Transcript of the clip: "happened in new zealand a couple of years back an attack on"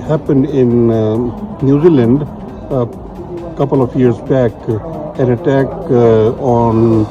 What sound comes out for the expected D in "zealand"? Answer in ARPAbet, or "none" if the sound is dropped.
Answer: D